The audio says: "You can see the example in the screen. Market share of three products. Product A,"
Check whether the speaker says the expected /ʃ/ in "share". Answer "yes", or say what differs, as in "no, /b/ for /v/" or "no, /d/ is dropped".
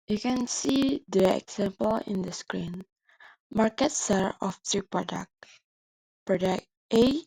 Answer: no, /s/ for /ʃ/